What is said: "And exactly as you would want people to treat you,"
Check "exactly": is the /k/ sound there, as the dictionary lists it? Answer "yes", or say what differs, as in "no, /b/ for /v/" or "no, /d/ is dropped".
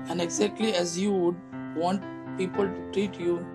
yes